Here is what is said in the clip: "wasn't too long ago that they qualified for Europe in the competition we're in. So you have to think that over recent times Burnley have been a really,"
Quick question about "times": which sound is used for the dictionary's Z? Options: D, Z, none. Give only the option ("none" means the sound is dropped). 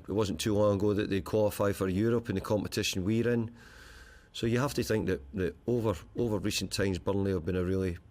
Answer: Z